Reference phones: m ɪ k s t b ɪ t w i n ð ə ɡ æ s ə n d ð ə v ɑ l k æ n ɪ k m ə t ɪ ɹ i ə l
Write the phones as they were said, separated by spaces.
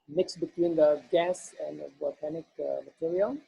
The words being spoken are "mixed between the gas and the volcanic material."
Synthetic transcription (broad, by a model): m ɪ k s b ɪ t w i n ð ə ɡ æ s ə n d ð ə b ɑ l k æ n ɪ k m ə t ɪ ɹ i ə l